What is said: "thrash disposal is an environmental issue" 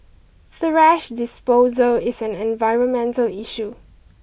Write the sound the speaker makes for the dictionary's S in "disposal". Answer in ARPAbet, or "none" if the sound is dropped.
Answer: S